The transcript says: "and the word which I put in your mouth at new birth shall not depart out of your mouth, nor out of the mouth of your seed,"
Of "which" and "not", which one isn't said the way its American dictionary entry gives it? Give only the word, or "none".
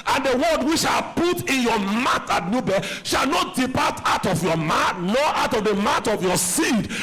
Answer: which